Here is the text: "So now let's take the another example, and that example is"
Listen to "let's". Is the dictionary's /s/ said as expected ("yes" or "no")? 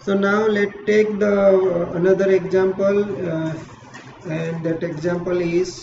no